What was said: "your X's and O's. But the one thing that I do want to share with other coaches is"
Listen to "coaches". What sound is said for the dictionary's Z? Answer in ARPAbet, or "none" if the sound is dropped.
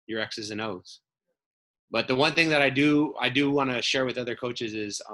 Z